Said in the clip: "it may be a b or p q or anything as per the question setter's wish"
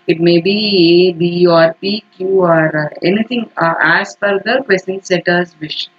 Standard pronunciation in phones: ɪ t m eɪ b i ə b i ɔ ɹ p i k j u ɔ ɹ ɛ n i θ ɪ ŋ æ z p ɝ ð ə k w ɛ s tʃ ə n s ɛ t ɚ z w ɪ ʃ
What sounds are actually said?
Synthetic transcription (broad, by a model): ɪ t m eɪ b i ə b i ɔ ɹ p i k j u ɔ ɹ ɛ n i t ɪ ŋ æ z f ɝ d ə k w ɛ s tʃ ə n s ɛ t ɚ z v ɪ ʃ